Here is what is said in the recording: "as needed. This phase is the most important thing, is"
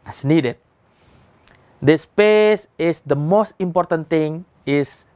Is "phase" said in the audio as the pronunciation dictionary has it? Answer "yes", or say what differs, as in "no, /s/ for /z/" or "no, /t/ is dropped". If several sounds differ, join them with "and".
no, /p/ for /f/ and /s/ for /z/